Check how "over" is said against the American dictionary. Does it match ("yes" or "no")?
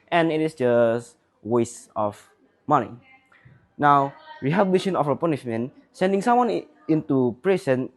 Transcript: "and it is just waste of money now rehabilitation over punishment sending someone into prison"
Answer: no